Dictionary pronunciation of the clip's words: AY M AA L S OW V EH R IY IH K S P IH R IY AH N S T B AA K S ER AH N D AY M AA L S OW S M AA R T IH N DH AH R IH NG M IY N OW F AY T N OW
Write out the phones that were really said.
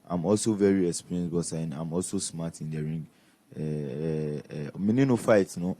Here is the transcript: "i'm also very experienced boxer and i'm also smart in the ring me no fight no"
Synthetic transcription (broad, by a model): AY M AA L S OW V EH R IY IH K S P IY R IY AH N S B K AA S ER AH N AY M AA L S OW S M AA T IH N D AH R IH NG M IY N OW F AY T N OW